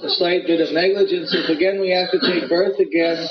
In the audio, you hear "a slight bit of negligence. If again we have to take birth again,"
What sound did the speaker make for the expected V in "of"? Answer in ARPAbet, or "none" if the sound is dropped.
V